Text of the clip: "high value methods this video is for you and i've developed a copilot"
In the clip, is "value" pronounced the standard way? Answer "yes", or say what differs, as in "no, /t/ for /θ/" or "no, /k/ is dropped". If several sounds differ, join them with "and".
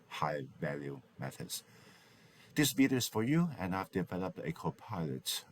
yes